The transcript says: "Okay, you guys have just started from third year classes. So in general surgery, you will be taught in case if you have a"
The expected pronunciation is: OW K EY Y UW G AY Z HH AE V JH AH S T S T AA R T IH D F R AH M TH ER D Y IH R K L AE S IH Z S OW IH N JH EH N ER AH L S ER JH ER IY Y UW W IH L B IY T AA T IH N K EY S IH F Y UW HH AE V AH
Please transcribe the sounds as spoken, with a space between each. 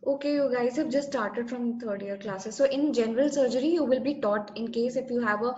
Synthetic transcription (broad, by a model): OW K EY Y UW G AY Z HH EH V JH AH S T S T AA R T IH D F R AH M T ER D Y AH R K L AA S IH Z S OW IH N JH EH N ER AH L S ER JH ER IY Y UW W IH L B IY T AA T IH N K EY S IH F Y UW HH AE V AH